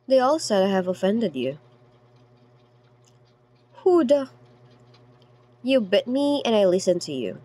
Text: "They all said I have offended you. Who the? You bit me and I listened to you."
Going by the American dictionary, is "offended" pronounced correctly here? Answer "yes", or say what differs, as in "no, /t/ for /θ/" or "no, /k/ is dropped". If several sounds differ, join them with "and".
yes